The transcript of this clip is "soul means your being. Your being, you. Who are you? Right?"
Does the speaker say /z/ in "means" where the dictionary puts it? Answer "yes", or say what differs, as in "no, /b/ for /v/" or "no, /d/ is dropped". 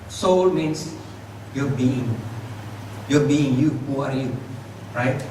no, /s/ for /z/